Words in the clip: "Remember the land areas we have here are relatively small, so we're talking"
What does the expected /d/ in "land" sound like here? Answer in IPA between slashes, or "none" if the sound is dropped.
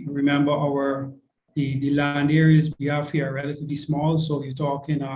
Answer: /d/